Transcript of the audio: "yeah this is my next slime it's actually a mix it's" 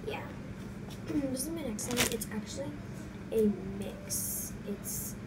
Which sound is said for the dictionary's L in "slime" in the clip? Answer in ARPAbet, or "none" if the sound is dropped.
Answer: none